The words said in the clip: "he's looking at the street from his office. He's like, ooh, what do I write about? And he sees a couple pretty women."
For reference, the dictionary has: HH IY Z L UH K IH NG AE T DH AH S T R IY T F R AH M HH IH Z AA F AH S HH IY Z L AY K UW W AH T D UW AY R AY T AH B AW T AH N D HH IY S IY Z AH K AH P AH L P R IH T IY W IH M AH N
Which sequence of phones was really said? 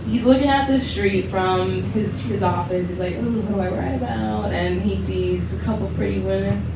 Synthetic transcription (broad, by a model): HH IY Z L UH K IH NG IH T DH AH S T R IY T F R AH M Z IH Z AA F AH S HH IY Z L AY K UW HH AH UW AY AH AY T AH B AW T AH N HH IY S IY Z AH K AH P L P R IH T IY W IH M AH N